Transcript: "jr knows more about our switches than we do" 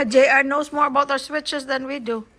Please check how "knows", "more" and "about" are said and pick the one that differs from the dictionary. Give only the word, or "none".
knows